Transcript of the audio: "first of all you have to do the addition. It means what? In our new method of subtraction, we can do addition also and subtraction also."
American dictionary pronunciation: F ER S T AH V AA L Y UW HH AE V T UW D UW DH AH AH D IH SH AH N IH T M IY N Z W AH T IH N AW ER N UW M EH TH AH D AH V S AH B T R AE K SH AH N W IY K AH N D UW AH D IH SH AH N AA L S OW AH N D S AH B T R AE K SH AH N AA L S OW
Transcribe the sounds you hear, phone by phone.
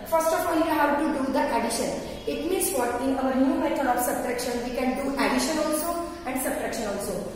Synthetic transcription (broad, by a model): F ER S T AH F AA L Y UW HH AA W T UW D UW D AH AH D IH SH AH N IH T M IY N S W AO T IH N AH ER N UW M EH T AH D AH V S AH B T R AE K SH AH N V IY K AH N D UW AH D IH SH AH N AA L S OW AH N D S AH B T R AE K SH AH N AA L S OW